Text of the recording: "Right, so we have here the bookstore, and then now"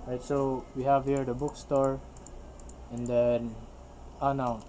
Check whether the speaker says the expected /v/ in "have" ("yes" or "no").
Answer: yes